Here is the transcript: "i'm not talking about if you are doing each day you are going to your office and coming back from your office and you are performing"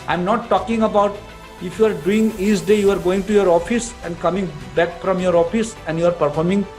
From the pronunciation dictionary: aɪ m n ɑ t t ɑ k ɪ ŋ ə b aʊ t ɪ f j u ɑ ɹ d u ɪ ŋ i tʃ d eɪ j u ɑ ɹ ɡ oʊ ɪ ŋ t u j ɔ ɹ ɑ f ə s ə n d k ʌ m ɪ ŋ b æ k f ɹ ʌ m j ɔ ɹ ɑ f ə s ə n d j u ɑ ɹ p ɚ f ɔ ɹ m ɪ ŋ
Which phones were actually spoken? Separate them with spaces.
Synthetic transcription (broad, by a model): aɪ m n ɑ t t ɑ k ɪ ŋ ə b aʊ t ɪ f j u ɑ ɹ d u ɪ ŋ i s d eɪ j u ɑ ɹ ɡ oʊ ɪ ŋ t u j ɔ ɹ ɑ f ə s ə n d k ʌ m ɪ ŋ b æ k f ɹ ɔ m j ɔ ɹ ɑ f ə s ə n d j u ɑ ɹ p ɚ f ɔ ɹ m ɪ ŋ